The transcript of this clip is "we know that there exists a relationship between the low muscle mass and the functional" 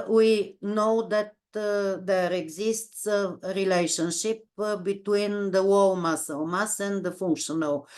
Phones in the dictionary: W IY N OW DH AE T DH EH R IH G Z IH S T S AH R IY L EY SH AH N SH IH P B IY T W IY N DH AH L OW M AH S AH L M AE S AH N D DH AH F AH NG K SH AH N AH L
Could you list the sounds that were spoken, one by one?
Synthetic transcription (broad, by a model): W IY N OW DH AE T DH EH R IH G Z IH S T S AH R IY L EY SH AH N SH IH P B IY T W IY N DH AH W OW M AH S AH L M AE S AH N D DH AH F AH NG K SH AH N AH L